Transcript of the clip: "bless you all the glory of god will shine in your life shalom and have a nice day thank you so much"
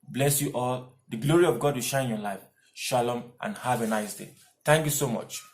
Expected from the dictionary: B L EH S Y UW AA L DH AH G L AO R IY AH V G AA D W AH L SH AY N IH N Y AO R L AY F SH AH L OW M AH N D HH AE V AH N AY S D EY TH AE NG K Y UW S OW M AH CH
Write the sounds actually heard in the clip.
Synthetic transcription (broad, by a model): B L EH S Y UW AA L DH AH G L AO R IY AH V G AA D W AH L SH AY IH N Y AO L AY F SH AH L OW M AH N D HH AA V AH N AY S D EY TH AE NG K Y UW S OW M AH CH